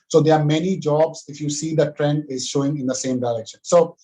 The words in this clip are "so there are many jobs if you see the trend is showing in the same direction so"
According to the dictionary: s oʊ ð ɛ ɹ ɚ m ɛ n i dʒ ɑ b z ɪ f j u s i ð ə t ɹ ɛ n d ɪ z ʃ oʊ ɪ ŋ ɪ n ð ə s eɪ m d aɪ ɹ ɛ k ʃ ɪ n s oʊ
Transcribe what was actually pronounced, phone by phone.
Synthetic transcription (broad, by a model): s oʊ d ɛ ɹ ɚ m ɛ n i dʒ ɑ b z ɪ f j u s i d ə t ɹ ɛ n d ɪ z ʃ oʊ ɪ ŋ ɪ n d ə s eɪ m d aɪ ɹ ɛ k ʃ ɪ n s oʊ